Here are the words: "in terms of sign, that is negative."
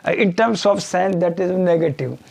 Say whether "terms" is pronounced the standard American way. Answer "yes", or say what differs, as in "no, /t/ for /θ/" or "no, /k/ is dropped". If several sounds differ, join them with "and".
no, /s/ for /z/